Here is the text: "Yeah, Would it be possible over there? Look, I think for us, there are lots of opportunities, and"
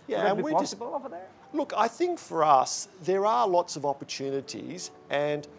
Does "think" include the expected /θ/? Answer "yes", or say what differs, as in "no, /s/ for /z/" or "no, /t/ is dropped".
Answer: yes